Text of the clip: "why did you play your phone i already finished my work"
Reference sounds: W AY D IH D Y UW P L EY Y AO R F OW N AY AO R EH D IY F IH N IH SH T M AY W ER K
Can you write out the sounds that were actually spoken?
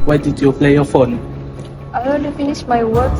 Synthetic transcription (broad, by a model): W AY D IH D Y UW P L EY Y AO F OW N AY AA EH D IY F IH N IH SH M AY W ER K